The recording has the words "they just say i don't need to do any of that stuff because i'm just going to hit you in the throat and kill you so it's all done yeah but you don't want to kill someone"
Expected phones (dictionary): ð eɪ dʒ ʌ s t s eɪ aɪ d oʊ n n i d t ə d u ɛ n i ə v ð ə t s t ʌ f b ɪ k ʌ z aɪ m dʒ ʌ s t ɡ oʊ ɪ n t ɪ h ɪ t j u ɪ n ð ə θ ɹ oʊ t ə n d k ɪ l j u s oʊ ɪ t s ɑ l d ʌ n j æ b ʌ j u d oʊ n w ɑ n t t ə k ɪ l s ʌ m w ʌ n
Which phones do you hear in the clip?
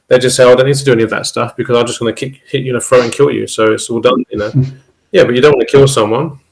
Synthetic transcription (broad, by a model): ð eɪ dʒ ʌ s t s eɪ aɪ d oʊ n n i d t ə d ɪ ɛ n i ə v ð ə t s t ʌ f b ɪ k ʌ z aɪ m dʒ ʌ s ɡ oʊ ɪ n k ɪ h ɪ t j ɪ n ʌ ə f ɹ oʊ ə n k ɪ l j u s oʊ ɪ t s ɑ l d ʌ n j æ b ʌ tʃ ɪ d oʊ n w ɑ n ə k ɪ l s ʌ m w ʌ n